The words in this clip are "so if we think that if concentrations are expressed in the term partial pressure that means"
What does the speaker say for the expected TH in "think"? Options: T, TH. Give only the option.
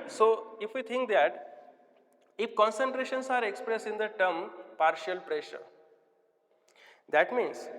T